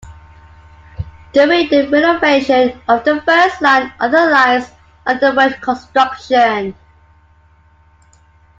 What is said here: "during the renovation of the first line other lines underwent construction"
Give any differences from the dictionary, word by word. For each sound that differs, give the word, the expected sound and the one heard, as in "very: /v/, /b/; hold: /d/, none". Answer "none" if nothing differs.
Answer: lines: /n/, none